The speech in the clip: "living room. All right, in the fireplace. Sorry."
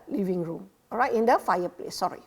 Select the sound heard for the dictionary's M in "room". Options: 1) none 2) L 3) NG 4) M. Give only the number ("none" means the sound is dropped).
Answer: 4